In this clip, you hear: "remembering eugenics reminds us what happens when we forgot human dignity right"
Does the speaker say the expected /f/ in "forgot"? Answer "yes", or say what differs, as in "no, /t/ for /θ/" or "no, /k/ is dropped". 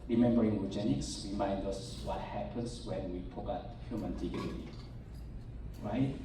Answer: no, /p/ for /f/